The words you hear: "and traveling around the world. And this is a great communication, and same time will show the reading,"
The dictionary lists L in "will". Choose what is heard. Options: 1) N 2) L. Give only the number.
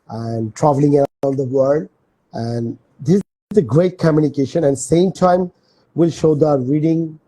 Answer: 2